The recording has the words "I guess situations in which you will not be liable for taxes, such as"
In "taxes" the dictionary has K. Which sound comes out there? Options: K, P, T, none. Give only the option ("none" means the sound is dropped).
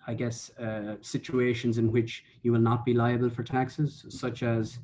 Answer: K